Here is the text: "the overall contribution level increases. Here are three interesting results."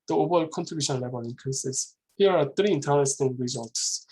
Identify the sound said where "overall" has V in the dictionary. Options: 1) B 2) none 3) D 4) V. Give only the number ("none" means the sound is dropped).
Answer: 1